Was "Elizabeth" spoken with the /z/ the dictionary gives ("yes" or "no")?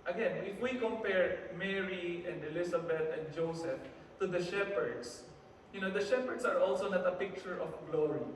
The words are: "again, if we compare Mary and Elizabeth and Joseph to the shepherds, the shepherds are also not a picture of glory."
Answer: no